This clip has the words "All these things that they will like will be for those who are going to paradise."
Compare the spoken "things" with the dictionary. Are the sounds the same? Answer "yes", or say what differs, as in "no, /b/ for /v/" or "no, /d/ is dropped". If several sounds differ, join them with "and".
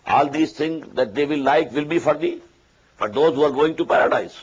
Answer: no, /t/ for /θ/